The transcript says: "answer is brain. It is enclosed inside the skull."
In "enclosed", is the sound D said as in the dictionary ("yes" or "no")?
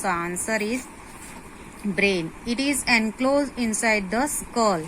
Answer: no